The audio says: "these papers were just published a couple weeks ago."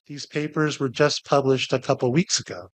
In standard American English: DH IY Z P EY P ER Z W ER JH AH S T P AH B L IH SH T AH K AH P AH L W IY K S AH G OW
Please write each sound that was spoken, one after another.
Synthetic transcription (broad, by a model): DH IY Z P EY P ER Z W ER JH AH S P AH B L IH SH T AH K AH P L W IY K S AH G OW